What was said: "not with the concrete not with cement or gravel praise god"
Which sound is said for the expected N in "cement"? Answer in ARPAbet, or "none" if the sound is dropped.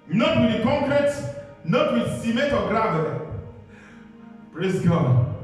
none